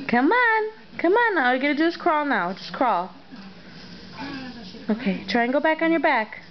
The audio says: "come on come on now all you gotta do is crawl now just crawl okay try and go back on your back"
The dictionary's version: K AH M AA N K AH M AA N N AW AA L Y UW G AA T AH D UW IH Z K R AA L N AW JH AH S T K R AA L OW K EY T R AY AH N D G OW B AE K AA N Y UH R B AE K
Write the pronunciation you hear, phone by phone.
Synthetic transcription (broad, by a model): K AH M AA N K AH M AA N N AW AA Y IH G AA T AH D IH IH S K R AA L N AW JH AH S K R AA L OW K EY T R AY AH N G OW B AE K N Y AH R B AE K